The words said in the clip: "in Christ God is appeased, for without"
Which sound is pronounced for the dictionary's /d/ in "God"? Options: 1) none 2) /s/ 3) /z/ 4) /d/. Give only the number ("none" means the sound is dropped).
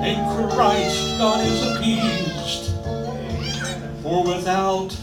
1